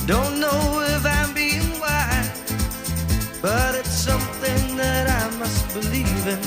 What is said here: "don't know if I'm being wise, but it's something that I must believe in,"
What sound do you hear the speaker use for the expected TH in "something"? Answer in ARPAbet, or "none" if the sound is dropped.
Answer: TH